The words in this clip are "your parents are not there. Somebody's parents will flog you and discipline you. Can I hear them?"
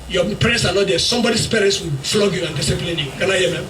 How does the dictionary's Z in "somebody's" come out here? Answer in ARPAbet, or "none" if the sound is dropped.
S